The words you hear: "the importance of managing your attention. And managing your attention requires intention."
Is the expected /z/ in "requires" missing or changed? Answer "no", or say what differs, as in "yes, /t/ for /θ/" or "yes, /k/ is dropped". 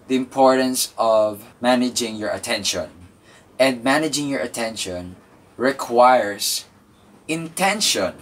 yes, /s/ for /z/